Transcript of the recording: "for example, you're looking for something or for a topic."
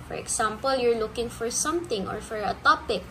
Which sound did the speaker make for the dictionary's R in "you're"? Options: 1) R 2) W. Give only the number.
1